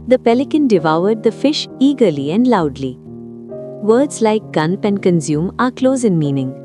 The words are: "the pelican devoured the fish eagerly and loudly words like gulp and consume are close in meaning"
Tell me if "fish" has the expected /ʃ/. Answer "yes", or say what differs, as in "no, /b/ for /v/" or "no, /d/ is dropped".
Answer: yes